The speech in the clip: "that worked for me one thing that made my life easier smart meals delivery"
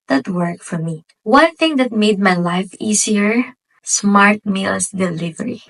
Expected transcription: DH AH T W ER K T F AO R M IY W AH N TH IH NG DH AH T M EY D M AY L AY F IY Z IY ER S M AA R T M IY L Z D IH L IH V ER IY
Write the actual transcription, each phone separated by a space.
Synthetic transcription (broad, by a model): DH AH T W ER K F AO R M IY W AH N TH IH NG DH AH T M EY D M AY L AY F IY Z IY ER S M AA R T M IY L S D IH L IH V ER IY